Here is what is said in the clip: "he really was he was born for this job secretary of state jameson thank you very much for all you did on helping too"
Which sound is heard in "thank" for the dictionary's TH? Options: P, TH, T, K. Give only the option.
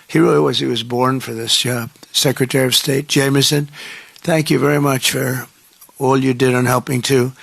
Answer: TH